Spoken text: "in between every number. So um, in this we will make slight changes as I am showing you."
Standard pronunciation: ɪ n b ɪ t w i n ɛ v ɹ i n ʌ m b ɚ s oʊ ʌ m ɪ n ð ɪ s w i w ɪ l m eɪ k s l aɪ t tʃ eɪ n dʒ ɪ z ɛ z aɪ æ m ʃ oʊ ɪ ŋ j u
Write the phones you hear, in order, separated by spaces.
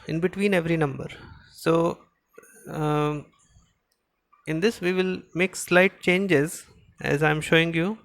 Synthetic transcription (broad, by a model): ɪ n b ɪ t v i n ɛ v ɹ i n ʌ m b ɚ s oʊ ɪ n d ɪ s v i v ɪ l m eɪ k s l aɪ t tʃ eɪ n dʒ ɪ z ɛ z aɪ m ʃ oʊ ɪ ŋ j u